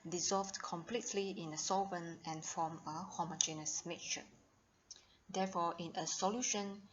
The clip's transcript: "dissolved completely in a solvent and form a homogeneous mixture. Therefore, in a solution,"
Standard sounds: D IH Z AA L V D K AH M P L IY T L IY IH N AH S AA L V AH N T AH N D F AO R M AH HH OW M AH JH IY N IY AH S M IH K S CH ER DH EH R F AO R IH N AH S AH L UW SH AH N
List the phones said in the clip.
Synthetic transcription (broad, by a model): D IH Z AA L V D K AH M P L IY T L IY IH N AH S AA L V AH N AH N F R AO M AH HH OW M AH JH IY N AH S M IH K CH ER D EH F AO IH N AH S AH L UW SH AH N